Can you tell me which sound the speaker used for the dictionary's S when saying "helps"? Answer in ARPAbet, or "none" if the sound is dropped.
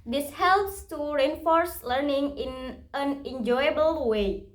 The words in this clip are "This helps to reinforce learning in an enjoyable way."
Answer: S